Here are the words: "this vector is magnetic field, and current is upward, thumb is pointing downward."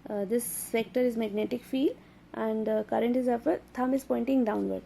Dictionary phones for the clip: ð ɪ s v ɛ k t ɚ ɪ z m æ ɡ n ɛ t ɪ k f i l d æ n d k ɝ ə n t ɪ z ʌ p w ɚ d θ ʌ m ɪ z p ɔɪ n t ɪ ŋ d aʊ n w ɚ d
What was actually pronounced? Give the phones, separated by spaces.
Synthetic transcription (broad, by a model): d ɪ s f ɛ k t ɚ ɪ z m æ ɡ n ɛ t ɪ k f i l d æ n d k ɝ ə n t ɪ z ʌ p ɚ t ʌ m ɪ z p ɔɪ n t ɪ ŋ d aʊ n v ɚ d